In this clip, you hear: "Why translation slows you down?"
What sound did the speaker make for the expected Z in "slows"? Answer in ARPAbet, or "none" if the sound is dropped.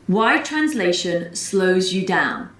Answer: Z